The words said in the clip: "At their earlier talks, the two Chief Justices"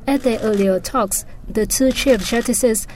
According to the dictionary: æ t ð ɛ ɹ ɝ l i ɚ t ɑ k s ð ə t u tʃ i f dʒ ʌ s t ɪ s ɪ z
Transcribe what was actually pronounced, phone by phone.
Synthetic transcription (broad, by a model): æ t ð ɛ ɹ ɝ l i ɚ t ɑ k s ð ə t u tʃ i f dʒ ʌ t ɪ s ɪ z